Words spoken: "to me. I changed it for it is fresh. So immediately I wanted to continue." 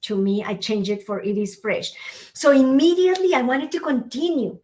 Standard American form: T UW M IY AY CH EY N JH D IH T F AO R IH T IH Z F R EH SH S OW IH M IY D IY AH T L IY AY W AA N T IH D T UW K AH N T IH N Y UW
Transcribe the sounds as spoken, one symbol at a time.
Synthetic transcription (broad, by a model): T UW M IY AY CH EY N JH IH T F AO R IH T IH S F R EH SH S OW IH M IY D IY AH T L IY AY W AA N T IH D T UW K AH N T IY N Y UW